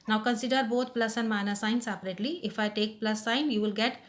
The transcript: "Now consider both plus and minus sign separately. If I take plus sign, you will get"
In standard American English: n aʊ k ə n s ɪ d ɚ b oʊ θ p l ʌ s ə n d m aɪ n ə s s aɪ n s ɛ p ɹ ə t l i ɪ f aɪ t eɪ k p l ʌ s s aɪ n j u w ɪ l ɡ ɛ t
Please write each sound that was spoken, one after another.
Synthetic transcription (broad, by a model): n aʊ k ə n s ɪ d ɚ b oʊ t p l ʌ s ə n m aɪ n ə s s aɪ n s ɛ p ɹ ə t l i ɪ f aɪ t eɪ k p l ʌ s s aɪ n j u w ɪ l ɡ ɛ t